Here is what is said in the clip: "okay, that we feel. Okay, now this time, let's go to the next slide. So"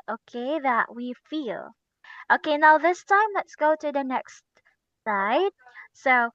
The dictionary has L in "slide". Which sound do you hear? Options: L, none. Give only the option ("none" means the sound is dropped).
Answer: none